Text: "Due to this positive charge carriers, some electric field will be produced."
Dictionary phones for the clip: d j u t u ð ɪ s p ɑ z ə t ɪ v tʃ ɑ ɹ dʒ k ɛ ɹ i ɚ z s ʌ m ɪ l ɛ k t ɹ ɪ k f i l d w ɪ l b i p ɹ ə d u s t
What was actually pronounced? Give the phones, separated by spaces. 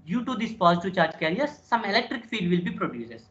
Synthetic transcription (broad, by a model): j j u t u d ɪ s p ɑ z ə t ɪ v tʃ ɑ ɹ dʒ k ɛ ɹ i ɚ s ʌ m ɪ l ɛ k t ɹ ɪ k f i d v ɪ l b i p ɹ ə d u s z